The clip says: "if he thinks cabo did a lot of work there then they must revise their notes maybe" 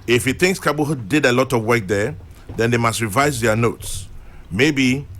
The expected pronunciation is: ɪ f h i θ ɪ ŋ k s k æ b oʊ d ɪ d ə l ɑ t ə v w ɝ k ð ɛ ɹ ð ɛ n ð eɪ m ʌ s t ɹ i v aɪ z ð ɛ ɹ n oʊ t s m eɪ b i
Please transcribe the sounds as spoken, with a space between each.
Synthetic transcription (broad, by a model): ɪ f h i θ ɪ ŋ k s k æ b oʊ d ɪ d ə l ɑ t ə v w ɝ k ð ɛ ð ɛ n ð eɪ m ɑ s t ɹ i v aɪ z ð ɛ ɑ n oʊ t s m eɪ b i